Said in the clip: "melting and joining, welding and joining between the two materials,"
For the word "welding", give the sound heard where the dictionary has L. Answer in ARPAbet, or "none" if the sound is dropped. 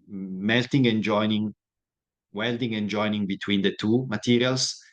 L